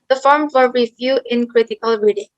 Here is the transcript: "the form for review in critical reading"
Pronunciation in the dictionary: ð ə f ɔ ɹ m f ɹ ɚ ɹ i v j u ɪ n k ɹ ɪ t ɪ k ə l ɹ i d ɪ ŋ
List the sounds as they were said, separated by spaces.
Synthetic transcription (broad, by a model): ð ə f ɔ ɹ m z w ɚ ɹ i v j u ɪ n k ɹ ɪ t ɪ k ə l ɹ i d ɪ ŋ